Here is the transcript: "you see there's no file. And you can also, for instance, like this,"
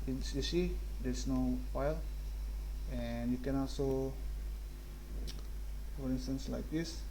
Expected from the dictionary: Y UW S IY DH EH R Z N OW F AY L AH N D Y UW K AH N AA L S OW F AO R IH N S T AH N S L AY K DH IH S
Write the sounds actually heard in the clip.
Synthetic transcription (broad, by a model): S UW S IY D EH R S N OW F AY L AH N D Y UW K AH N AA L S OW F AO R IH N S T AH N S L AY K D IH S